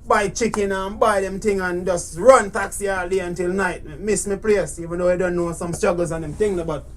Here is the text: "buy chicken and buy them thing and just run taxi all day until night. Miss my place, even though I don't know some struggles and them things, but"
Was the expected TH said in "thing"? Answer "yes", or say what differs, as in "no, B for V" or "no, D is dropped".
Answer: no, T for TH